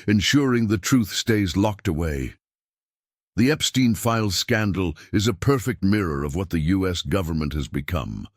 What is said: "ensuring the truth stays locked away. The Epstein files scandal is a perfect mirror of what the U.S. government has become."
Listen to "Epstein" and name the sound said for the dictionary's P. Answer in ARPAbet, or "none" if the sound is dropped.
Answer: P